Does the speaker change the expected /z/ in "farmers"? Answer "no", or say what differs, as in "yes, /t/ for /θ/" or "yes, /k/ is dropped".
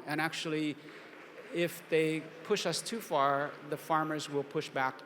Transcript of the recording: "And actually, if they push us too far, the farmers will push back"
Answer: no